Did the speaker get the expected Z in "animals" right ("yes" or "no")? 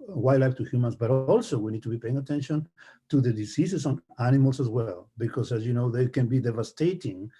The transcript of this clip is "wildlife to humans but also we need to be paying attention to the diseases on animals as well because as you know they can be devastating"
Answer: no